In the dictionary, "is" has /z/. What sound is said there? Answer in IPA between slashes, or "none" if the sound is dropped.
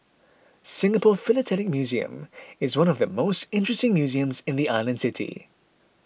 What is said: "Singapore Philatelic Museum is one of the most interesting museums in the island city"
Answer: /z/